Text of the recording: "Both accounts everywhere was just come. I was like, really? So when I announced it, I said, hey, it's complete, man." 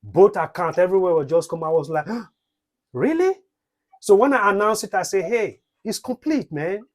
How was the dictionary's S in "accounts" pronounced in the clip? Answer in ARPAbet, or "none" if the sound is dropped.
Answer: none